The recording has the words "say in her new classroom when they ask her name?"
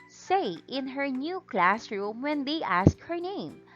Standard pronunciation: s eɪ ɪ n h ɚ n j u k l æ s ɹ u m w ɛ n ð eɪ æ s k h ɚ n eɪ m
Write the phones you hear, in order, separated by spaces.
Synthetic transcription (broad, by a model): s eɪ ɪ n h ɚ n j u k l æ s ɹ u m w ɛ n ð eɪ æ s k h ɚ n eɪ m